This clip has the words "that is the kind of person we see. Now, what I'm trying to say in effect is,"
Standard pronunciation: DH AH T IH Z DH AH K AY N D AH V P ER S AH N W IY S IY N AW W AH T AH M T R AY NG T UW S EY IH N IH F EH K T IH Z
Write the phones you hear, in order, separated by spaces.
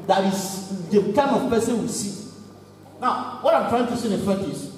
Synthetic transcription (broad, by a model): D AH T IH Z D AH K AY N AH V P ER S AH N W IY S IY N AW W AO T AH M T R AY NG T UW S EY IH N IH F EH T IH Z